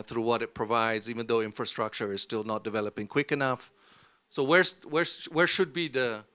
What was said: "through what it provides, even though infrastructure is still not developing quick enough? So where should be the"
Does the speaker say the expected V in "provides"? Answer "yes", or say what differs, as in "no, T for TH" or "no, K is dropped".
yes